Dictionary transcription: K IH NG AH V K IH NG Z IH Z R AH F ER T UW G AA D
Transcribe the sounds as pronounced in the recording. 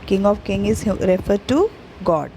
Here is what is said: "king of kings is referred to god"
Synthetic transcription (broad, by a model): K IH NG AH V K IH NG IH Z R AH F ER T UW G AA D